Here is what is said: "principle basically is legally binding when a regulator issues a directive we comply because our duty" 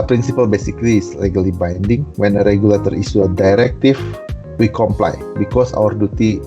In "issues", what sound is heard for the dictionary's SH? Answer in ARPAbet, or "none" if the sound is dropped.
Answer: S